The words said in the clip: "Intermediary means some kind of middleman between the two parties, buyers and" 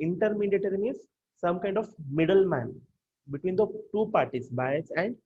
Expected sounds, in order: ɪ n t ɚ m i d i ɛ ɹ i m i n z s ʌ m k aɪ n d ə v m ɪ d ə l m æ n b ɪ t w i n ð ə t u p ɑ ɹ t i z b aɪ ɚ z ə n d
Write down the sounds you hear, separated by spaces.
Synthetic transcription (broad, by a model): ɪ n t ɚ m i d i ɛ ɹ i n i z s ʌ m k aɪ n d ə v m ɪ d ə l m æ n b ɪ t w i n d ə t u p ɑ ɹ t i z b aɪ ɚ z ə n d